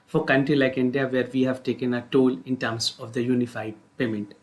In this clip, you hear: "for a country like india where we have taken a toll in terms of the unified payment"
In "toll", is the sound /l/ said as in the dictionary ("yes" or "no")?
yes